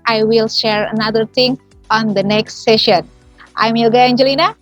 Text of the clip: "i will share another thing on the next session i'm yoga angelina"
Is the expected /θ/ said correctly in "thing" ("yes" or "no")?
no